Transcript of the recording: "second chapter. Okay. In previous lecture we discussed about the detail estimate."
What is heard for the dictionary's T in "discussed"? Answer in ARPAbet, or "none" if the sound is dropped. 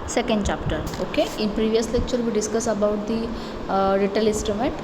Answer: none